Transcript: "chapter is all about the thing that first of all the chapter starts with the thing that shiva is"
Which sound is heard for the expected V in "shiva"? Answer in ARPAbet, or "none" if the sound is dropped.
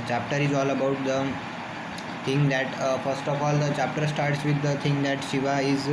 V